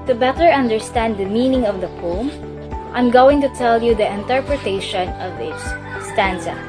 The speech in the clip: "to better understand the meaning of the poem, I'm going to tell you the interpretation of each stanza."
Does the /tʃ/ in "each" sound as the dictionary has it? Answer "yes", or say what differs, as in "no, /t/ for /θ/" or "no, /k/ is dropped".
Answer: no, /s/ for /tʃ/